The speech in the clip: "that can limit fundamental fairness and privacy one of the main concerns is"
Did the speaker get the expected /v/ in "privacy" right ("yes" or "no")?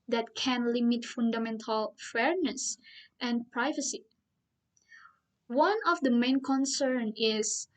yes